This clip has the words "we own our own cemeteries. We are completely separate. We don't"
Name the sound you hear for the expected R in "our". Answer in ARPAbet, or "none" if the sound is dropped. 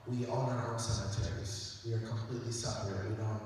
L